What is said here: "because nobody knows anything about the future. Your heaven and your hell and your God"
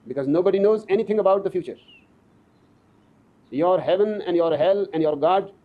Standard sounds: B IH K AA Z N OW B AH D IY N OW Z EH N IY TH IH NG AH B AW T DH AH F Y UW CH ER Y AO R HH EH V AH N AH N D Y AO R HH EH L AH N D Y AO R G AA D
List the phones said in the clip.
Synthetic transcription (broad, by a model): B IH K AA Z N OW B AH D IY N OW Z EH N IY T IH NG AH B AW T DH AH F Y UW CH ER Y AO R HH EH V AH N AH N D Y AO R HH EH L AH N D Y AO R G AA D